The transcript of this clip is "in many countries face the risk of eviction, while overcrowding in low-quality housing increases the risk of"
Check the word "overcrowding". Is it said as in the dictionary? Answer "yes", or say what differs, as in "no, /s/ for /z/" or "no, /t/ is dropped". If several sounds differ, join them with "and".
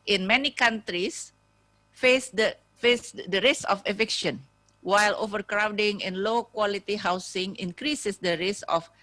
yes